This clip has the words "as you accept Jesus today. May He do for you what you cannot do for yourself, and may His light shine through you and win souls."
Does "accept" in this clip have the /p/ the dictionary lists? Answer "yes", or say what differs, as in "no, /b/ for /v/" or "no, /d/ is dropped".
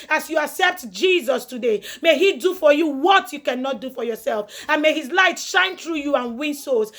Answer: yes